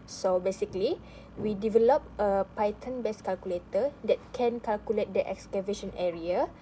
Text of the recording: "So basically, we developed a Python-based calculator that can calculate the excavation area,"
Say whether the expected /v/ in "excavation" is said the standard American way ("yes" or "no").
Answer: yes